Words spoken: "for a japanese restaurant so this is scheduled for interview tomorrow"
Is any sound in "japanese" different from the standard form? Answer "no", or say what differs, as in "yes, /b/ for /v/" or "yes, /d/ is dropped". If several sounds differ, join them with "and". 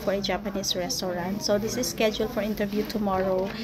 yes, /s/ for /z/